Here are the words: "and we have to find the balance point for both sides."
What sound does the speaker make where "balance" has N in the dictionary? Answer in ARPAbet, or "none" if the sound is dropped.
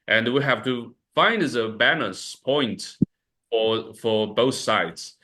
none